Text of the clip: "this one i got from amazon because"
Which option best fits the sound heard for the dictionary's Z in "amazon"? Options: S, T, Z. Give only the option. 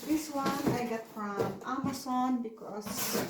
S